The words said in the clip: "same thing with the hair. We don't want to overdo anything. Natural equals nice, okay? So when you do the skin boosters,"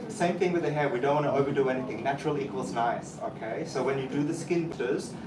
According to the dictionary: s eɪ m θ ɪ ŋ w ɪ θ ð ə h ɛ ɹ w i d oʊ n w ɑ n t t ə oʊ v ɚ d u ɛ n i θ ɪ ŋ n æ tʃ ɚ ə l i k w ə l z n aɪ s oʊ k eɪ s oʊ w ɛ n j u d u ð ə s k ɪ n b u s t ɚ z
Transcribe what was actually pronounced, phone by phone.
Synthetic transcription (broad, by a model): s eɪ m θ ɪ ŋ w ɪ ð ə h ɛ ɹ w i d oʊ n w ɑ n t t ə oʊ v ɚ d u ɛ n i θ ɪ ŋ n æ tʃ ɚ ə l i k w ə l z n aɪ s oʊ k eɪ s oʊ w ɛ n j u d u ð ə s k ɪ n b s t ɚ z